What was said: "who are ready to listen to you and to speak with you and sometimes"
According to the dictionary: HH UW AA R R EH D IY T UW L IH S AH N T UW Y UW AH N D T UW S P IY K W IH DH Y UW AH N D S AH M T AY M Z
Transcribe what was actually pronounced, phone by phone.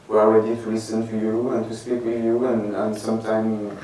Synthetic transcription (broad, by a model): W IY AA L R EH D IY T UW L IH S AH N T UW Y UW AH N T UW S P IY K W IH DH Y UW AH N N S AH M T AY M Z